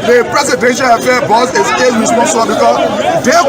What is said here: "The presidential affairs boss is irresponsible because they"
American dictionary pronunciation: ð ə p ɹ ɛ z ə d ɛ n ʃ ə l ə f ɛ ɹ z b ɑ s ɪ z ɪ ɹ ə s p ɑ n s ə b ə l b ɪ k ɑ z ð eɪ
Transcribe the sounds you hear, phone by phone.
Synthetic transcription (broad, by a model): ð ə p ɹ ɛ s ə d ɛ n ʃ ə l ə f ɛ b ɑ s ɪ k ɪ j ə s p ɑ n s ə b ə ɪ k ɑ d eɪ